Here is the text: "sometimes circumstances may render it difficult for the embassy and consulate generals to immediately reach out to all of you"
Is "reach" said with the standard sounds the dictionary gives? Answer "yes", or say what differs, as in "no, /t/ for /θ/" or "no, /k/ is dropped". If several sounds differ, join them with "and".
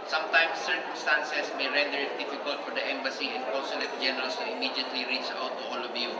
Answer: yes